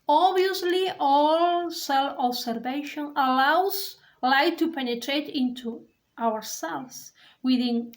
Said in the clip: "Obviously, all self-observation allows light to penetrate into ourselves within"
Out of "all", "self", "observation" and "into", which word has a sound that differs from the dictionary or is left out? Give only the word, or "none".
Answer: observation